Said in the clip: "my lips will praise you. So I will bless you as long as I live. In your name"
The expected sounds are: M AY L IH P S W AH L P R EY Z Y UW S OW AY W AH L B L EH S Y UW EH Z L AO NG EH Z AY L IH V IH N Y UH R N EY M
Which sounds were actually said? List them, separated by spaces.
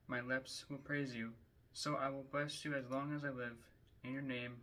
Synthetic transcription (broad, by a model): M AY L IH P S W AH L P R EY Z Y UW S OW AY W AH L B L EH S Y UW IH Z L AO NG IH Z AY L IH V IH N Y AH R N EY M